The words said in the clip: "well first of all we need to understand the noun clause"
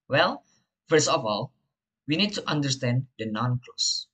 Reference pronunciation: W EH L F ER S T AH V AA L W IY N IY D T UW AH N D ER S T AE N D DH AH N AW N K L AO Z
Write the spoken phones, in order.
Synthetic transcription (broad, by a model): W EH L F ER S AH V AA L W IY N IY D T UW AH N D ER S T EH N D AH N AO N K L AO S